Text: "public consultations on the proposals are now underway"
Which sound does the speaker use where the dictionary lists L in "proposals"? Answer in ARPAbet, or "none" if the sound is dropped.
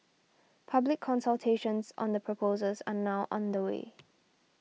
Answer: none